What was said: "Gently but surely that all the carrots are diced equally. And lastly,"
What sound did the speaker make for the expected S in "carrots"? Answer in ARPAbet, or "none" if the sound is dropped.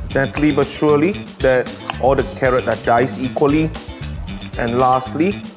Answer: none